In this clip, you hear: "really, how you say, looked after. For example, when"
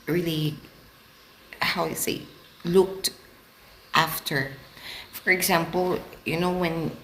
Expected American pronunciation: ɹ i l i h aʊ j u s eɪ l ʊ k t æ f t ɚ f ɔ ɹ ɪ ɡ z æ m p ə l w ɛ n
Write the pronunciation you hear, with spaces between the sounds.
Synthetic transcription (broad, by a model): ɹ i l i h aʊ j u s eɪ l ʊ k t æ f t ɚ f ɔ ɹ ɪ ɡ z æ m p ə n w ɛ n